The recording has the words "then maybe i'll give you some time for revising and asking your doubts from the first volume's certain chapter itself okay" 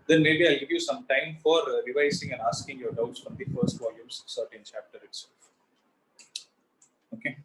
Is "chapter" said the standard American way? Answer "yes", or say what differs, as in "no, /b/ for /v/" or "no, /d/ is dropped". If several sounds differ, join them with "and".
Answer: yes